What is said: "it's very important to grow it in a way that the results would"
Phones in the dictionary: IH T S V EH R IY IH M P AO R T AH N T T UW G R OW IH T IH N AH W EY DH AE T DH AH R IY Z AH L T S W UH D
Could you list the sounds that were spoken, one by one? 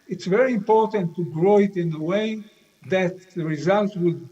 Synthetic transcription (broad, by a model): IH T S V EH R IY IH M P AO R T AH N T T UW G R OW IH T IH N AH W EY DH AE T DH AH R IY Z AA L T W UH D